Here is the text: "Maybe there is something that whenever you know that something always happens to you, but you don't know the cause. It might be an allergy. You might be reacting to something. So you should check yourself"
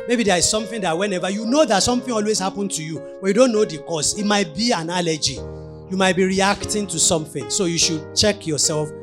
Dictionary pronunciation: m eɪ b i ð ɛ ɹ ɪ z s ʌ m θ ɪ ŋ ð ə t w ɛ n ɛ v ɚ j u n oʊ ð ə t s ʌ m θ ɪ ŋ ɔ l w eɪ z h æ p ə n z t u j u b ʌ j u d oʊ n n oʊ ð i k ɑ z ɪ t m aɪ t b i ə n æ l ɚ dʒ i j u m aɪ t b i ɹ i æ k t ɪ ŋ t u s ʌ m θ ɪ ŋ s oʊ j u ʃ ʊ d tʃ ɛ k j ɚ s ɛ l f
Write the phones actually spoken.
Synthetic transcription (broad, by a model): m eɪ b i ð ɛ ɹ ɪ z s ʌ m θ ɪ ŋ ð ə t w ɛ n ɛ v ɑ j u n oʊ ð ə t s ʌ m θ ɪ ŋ ɔ l w eɪ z h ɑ p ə n t u j u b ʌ j u d oʊ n n oʊ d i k ɑ s ɪ t m aɪ t b i ə n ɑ l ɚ dʒ i j u m aɪ t b i ɹ i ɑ k t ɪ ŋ t u s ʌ m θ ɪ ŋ s oʊ j u ʃ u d tʃ ɛ k j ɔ s ɛ l f